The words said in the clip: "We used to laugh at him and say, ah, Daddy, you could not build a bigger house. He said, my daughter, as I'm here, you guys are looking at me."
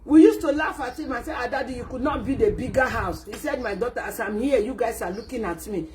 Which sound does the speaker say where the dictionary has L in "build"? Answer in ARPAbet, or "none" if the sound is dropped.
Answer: none